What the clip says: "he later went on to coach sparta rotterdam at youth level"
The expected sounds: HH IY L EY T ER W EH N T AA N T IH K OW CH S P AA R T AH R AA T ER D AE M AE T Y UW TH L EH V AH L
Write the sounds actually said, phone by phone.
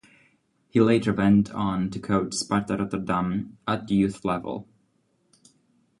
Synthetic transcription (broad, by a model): HH IY L EY T ER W EH N T N T IH K OW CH S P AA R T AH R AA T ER D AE M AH T Y UW TH L EH V AH L